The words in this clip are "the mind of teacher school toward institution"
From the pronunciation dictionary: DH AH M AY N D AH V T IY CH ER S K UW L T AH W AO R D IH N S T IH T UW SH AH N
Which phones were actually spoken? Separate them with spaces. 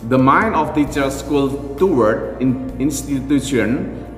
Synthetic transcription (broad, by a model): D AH M AY N AH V T IY CH ER S K UW L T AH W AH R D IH N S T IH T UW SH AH N